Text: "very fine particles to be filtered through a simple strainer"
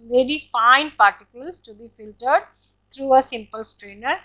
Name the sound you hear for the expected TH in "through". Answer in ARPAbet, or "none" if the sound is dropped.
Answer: T